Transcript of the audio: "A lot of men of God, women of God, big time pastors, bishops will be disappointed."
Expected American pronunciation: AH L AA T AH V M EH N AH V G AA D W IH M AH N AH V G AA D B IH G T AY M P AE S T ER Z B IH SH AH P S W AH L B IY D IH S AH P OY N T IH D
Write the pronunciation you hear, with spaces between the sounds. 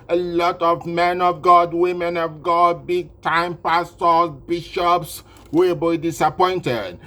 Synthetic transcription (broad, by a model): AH L AA T AH V M EH N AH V G AA D W IH M AH N AH V G AA D B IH G T AY M P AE S T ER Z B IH SH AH P S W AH B IY D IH S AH P OY N T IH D